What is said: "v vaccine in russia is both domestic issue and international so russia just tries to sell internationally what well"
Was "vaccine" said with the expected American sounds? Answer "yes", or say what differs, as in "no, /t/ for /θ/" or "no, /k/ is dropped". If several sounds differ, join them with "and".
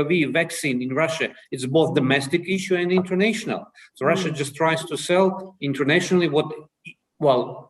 yes